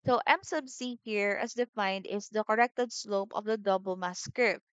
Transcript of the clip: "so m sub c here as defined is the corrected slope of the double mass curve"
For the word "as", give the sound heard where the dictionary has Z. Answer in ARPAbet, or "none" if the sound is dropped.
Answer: S